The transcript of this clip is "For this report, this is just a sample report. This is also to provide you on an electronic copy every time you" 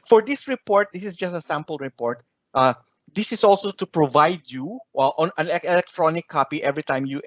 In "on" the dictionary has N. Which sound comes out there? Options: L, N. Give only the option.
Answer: N